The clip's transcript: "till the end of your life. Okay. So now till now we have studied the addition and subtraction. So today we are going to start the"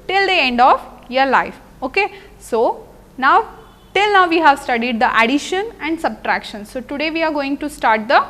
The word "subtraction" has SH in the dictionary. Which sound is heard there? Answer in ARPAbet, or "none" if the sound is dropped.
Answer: SH